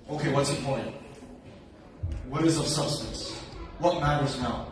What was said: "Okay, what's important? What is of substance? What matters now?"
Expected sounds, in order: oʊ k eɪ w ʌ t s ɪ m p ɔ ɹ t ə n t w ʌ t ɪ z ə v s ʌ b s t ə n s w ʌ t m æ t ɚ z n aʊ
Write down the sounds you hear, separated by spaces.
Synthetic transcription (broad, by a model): oʊ k eɪ w ʌ t s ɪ p ɔ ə n t w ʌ ɪ z ə v s ʌ b s t ə n s w ʌ t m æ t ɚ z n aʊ